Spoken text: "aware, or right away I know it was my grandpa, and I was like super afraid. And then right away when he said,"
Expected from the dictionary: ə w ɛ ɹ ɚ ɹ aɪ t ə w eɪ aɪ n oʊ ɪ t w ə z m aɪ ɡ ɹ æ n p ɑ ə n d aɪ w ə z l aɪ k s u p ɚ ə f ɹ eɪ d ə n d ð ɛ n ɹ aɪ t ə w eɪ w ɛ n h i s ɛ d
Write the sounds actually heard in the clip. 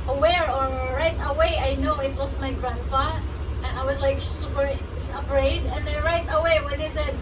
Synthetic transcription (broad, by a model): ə w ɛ ɹ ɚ ɹ aɪ t ə w eɪ aɪ n oʊ ɪ t w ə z m aɪ ɡ ɹ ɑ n f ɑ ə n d aɪ w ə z l aɪ k s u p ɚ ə p ɹ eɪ d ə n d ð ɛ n ɹ aɪ t ə w eɪ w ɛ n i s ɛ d